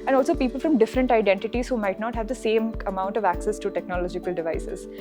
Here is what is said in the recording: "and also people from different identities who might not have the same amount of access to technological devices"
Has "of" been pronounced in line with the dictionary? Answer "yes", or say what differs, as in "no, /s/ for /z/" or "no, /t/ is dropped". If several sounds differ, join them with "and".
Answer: yes